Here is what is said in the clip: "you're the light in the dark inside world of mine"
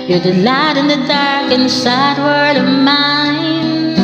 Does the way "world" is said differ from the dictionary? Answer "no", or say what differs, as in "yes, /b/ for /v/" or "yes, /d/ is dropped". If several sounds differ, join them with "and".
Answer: yes, /l/ is dropped